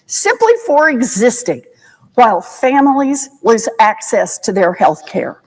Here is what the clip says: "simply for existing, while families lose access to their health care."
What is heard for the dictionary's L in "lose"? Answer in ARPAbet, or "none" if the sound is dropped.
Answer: W